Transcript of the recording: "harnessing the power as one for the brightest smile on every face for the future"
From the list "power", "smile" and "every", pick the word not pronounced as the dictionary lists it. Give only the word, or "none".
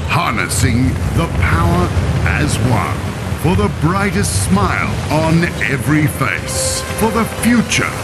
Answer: none